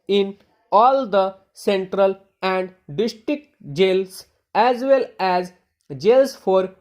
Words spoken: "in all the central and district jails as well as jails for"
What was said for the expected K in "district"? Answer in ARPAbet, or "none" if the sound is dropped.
K